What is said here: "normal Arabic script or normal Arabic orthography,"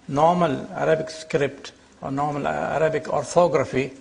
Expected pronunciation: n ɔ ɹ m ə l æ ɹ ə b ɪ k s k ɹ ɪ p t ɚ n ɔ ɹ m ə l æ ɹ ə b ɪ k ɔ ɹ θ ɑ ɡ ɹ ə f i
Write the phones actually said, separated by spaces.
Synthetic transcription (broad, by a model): n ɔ ɹ m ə l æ ɹ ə b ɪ k s k ɹ ɪ p t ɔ n ɔ ɹ m ə l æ ɹ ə b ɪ k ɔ ɹ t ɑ ɡ ɹ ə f i